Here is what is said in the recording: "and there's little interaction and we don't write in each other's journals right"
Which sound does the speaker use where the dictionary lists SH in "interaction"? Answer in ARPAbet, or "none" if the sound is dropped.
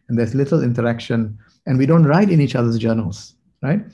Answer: SH